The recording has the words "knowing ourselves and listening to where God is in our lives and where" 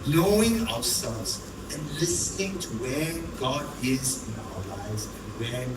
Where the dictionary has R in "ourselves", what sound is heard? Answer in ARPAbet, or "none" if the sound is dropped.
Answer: W